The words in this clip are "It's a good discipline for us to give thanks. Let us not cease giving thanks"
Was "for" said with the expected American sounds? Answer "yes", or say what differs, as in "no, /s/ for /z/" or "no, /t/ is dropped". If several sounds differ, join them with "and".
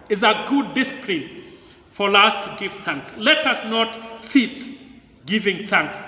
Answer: no, /l/ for /ɹ/